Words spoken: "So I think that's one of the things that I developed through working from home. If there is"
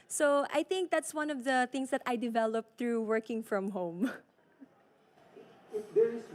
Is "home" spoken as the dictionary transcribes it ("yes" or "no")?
no